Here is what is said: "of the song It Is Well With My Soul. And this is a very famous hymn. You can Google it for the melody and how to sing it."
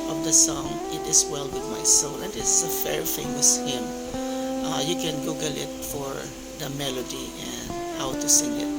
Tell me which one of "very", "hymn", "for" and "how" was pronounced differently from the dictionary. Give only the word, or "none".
very